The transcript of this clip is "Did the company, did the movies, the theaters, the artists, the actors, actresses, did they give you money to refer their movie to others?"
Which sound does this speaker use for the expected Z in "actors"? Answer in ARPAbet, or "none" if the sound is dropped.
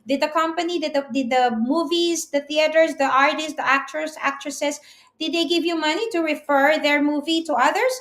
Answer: S